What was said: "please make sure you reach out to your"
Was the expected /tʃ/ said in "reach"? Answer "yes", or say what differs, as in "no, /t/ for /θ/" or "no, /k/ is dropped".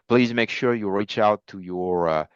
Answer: yes